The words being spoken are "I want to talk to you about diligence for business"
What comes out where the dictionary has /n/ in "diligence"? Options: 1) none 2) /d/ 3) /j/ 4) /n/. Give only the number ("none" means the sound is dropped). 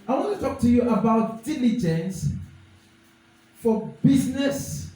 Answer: 4